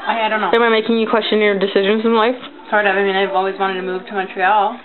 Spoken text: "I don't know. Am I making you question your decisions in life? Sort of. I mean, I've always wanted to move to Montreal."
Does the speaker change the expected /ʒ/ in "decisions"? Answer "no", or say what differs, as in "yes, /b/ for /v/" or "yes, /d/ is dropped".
no